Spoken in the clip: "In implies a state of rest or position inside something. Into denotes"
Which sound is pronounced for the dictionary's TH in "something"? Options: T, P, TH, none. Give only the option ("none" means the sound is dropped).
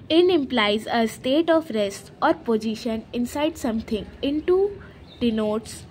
T